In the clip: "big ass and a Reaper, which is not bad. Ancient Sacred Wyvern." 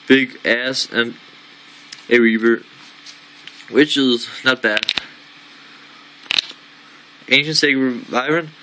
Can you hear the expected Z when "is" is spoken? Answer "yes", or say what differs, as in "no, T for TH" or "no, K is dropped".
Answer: yes